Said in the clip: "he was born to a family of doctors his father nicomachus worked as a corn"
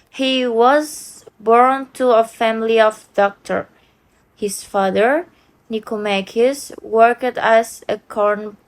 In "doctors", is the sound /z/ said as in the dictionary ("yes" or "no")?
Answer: no